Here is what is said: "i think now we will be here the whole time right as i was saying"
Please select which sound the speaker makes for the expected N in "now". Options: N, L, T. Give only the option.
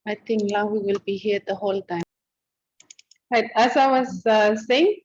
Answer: L